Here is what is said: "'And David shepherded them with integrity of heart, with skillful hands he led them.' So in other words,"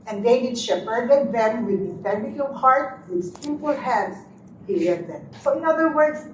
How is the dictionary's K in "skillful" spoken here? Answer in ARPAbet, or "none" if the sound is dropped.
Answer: none